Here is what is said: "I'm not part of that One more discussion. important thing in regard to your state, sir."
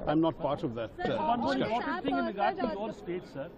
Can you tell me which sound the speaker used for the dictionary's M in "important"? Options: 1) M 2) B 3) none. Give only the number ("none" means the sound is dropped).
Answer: 3